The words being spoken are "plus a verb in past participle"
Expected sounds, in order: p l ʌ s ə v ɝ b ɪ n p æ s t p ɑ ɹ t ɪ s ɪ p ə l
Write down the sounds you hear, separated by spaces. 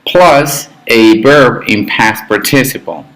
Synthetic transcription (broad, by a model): p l ʌ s ə b ɝ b ɪ n p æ s p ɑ ɹ t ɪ s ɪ p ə l